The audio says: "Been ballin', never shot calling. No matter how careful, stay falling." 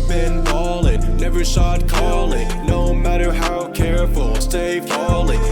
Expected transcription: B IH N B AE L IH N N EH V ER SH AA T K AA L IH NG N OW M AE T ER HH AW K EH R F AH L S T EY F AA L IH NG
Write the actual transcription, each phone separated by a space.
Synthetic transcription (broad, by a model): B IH N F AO L IH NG N EH V ER S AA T K AA L IH NG N OW M AE T ER HH AW K EH R F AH L S T EY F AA L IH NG